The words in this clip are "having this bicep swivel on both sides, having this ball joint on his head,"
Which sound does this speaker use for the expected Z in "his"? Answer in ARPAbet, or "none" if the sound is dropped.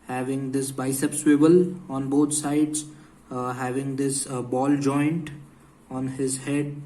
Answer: Z